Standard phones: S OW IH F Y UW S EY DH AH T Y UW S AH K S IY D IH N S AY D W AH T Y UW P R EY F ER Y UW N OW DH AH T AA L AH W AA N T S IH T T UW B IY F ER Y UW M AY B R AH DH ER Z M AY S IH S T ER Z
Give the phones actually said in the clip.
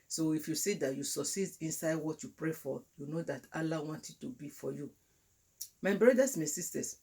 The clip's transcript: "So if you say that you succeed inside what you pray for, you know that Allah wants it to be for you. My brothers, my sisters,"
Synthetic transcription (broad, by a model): S OW IH F Y UW S EY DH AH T Y UW S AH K S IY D IH N S AY D W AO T Y UW P R EY F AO Y UW N OW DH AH T AA L AH W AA N T IH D T UW B IY F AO Y UW M AY B R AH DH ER S M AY S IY S T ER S